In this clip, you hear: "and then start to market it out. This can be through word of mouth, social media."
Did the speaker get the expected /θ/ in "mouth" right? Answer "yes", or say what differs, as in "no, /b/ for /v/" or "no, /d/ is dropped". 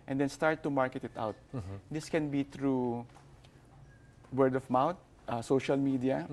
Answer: no, /t/ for /θ/